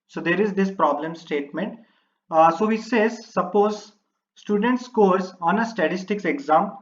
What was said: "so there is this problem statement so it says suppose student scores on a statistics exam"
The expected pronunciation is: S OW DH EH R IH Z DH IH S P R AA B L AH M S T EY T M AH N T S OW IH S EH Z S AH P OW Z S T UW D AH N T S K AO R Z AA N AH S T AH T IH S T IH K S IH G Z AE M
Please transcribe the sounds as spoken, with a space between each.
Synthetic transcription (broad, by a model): S OW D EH R IH Z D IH S P R AA B L AH M S T EY T M AH N T S OW IH S EH Z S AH P OW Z S T UW D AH N T S K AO R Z AA N AH S T AH T IH S T IH K S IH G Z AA M